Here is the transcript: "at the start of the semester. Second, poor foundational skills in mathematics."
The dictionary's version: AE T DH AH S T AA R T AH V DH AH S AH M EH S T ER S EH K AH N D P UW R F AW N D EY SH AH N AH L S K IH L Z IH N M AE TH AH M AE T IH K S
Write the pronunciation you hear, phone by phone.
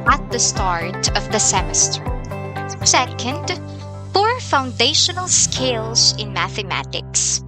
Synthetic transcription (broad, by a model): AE T DH AH S T AA R T AH V DH AH S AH M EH S T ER S EH K AH N D B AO R F AW N D EY SH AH N L S K IH L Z IH N M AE TH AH M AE T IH K S